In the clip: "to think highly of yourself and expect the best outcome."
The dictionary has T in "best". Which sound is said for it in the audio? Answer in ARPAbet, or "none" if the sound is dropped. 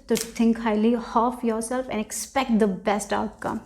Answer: T